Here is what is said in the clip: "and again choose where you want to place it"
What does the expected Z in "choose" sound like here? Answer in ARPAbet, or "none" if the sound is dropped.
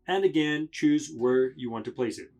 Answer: Z